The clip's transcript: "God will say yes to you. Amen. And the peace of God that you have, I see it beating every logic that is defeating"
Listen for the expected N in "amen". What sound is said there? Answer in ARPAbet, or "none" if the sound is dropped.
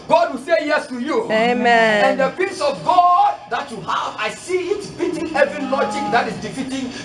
none